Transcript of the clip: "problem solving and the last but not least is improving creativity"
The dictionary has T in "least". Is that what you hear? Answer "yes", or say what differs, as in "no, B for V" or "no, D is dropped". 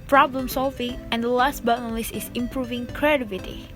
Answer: no, T is dropped